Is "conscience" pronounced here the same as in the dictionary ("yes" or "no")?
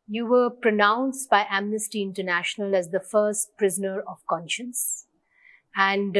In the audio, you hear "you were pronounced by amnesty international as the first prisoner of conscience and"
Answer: yes